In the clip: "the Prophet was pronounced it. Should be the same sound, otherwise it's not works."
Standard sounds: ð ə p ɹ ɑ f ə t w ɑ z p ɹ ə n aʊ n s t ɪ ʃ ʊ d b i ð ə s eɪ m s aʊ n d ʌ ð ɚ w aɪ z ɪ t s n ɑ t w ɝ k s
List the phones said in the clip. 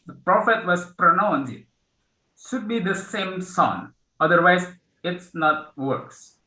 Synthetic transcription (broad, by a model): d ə p ɹ ɑ f ə t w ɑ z p ɹ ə n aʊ n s ɪ ʃ ʊ d b i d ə s eɪ m s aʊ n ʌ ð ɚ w aɪ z ɪ t s n ɑ t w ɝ k s